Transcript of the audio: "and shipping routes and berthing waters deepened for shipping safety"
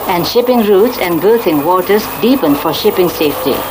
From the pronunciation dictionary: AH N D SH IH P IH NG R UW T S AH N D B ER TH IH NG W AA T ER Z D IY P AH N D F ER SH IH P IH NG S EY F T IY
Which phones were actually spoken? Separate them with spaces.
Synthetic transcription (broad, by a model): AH N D SH IH P IH NG R UW T S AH N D B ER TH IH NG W AA T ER S D IY P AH N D F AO SH IH P IH NG S EY F T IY